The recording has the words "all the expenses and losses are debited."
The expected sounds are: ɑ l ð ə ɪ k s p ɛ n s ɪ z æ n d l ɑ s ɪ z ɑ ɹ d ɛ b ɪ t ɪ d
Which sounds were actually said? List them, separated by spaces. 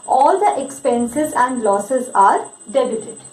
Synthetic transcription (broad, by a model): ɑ l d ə ɪ k s p ɛ n s ɪ z æ n d l ɑ s ɪ z ɑ ɹ d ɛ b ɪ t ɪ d